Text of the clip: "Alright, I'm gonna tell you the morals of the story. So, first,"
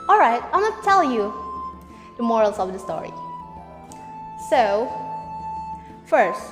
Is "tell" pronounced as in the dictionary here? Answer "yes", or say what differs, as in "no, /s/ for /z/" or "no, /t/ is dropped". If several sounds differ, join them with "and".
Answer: yes